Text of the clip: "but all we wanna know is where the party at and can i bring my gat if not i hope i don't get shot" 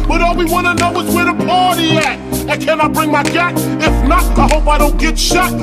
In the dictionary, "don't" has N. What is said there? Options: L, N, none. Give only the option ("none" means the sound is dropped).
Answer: N